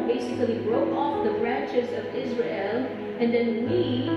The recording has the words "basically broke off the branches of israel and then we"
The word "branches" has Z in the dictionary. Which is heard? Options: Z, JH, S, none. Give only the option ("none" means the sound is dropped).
Z